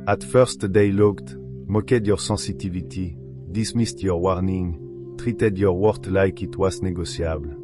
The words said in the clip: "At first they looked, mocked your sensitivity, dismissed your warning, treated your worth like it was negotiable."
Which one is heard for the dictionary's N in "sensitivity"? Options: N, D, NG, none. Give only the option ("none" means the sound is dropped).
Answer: none